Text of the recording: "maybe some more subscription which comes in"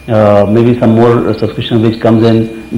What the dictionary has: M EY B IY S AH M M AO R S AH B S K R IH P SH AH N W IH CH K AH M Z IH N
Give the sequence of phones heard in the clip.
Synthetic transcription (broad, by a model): M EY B IY S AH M M AO R S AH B S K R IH SH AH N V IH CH K AH M Z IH N